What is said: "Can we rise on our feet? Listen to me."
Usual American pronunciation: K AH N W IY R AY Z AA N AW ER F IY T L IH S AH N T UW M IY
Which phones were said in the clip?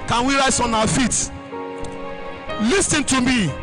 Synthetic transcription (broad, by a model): K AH N W IY R AY S AA N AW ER F IY T L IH S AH N T UW M IY